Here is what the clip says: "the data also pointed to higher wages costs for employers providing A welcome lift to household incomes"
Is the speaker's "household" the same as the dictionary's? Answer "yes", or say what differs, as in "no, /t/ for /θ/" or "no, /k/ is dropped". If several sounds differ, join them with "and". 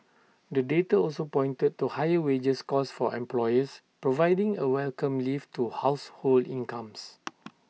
yes